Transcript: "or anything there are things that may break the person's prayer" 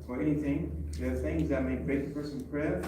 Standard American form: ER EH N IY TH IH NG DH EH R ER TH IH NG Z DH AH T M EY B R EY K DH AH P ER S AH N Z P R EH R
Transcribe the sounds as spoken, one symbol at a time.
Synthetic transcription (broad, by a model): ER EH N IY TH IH NG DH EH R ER TH IH NG Z DH AH T M EY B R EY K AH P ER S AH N P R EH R